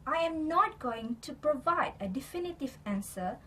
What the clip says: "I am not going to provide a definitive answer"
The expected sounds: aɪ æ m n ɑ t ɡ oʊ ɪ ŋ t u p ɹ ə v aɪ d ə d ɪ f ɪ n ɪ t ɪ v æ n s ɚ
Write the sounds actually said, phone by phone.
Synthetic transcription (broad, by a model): aɪ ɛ m n ɑ t ɡ oʊ ɪ ŋ t u p ɹ ə v aɪ d ə d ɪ f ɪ n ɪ t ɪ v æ n s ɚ